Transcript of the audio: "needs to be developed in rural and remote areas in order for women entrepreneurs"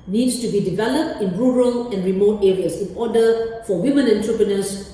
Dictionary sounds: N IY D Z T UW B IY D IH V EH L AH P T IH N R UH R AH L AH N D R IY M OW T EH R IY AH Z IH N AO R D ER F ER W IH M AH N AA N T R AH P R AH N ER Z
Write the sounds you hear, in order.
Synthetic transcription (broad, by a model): N IY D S T UW B IY D IH V EH L AH P T IH N R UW R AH L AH N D R IY M OW T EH R IY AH S IH N AO D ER F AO W IH M AH N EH N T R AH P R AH N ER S